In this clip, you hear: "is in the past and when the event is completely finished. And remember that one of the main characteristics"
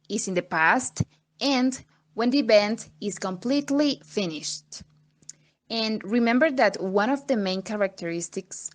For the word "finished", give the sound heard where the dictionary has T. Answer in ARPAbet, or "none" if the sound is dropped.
T